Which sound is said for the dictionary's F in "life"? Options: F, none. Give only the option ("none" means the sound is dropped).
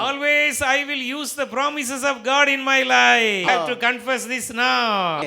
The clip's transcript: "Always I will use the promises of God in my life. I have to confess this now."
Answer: none